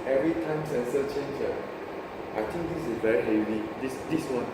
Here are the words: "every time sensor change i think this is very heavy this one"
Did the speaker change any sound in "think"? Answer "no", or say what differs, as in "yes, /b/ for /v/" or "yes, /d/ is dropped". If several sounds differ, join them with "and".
yes, /t/ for /θ/